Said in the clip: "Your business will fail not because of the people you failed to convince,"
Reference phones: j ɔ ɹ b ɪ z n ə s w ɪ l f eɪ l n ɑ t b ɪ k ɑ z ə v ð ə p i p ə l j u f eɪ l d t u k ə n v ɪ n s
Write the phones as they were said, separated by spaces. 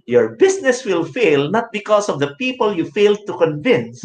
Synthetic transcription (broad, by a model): j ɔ ɹ b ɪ s n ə s w ɪ l f eɪ l n ɑ t b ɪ k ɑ s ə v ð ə p i p ə l j u f eɪ l d t u k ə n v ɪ n s